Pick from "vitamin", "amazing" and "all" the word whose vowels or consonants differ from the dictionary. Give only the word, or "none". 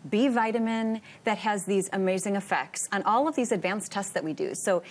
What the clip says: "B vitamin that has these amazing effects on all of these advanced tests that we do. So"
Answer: none